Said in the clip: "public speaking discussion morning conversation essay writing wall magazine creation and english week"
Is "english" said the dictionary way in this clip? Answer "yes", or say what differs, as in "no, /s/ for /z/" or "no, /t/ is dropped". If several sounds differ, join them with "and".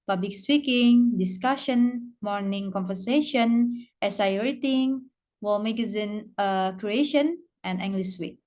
no, /s/ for /ʃ/